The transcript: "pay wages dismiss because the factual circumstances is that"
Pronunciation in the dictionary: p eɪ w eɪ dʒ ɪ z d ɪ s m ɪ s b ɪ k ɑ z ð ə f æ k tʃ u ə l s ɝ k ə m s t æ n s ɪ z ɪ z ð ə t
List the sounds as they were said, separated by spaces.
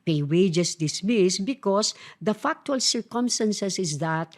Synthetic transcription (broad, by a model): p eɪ w eɪ dʒ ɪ s d ɪ s m ɪ s b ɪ k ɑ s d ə f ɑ k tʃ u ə l s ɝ k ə m s t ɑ n s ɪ s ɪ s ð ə t